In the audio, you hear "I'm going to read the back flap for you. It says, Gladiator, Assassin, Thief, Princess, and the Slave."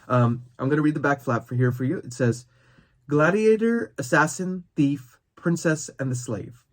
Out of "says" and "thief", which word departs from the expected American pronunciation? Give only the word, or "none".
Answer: none